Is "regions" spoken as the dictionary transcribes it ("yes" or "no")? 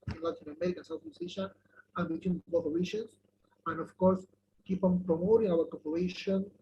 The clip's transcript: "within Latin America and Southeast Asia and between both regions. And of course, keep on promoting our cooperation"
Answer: no